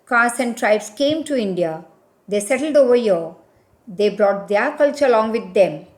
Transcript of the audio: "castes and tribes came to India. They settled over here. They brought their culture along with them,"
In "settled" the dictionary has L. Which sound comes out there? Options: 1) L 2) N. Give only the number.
1